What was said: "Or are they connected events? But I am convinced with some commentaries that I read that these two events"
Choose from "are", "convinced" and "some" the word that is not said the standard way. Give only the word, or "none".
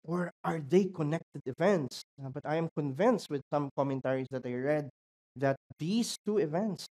none